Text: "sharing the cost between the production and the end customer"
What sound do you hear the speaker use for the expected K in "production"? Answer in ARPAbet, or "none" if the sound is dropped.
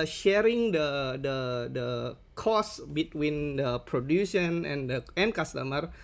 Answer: none